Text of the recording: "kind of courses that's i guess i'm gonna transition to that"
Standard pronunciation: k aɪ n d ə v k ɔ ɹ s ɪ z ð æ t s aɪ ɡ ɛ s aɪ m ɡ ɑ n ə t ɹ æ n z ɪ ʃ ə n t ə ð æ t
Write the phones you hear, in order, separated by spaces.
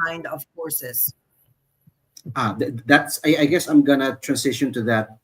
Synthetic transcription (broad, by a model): aɪ n d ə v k ɔ ɹ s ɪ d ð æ t s aɪ ɡ ɛ s aɪ m ɡ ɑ n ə t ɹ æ n s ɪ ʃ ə n t ə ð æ t